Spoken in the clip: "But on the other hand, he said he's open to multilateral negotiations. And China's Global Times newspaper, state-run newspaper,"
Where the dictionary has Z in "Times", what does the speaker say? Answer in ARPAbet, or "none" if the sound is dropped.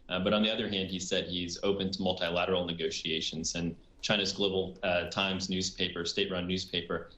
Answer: Z